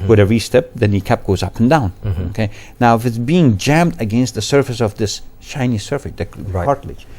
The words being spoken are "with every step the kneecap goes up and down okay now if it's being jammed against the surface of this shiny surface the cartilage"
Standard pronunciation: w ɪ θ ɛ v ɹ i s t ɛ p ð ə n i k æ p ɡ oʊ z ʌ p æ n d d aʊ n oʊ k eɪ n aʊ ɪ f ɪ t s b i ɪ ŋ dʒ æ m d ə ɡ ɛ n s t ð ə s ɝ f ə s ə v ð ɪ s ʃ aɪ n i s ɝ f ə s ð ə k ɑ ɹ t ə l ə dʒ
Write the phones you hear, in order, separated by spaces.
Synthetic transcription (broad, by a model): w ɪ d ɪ ɹ i s t ɛ p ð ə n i k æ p ɡ oʊ z ʌ p n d d aʊ n oʊ k eɪ n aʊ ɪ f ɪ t b i ɪ ŋ dʒ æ m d ə ɡ ɛ n s t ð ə s ɝ f ə s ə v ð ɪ s ʃ aɪ n i s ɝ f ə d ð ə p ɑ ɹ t l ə